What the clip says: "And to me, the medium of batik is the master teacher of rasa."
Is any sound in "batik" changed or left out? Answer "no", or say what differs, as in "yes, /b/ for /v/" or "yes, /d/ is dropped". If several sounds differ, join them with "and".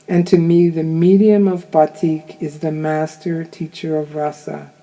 no